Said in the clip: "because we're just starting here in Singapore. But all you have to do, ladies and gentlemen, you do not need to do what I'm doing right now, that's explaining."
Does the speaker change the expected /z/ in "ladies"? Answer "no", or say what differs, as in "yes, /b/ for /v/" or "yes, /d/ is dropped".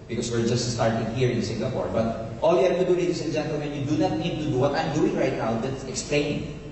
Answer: yes, /s/ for /z/